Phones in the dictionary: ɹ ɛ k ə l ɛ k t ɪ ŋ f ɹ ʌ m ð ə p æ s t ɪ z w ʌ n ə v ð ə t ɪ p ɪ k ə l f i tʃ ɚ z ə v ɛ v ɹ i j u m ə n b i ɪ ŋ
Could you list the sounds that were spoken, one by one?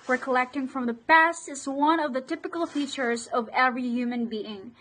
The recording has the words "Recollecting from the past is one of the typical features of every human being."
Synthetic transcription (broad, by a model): ɹ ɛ k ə l ɛ k t ɪ ŋ f ɹ ʌ m ð ə p æ s t ɪ z w ʌ n ə v ð ə t ɪ p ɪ k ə l f i tʃ ɚ z ə v ɛ v ɹ i j u m ə n b i ɪ ŋ